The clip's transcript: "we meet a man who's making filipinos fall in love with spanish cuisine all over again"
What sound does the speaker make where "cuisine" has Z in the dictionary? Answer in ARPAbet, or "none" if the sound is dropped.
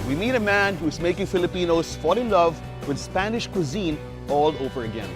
Z